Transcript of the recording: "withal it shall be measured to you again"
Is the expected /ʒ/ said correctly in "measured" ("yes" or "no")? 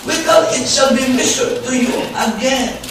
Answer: no